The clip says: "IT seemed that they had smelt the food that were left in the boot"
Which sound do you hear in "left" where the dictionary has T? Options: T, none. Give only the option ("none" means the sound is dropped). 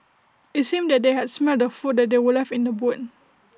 none